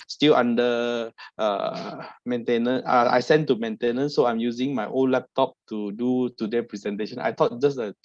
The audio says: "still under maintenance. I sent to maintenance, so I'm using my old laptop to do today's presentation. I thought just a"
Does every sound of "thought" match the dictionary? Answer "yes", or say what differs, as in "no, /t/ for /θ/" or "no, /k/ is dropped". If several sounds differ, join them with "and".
no, /t/ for /θ/